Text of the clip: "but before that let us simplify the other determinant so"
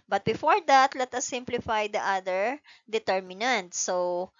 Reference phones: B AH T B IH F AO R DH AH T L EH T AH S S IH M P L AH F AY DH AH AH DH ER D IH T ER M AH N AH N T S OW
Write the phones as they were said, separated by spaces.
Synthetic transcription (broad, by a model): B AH T B IH F AO R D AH T L EH T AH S S IH M P L AH F AY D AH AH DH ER D IH T ER M AH N AH N T S OW